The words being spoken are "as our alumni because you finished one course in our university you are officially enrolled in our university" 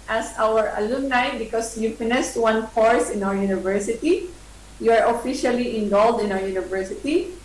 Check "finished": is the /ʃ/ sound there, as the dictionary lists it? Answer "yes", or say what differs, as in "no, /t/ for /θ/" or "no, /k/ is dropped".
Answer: no, /s/ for /ʃ/